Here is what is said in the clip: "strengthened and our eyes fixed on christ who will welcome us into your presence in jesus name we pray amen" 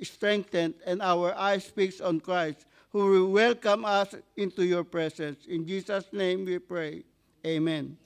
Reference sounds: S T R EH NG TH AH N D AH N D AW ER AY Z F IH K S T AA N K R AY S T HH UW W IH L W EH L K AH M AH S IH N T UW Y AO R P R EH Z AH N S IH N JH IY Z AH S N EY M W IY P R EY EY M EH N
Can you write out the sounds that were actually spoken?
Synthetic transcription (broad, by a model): S T R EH NG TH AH N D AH N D AW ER AY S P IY K S AA N K R AY S T HH UW W IH L W EH L K AH M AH S IH N T UW Y AO R P R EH S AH N S IH N JH IY S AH S N EY M W IY P R EY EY M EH N